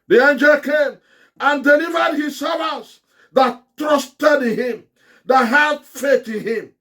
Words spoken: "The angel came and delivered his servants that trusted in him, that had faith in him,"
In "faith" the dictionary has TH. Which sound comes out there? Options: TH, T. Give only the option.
T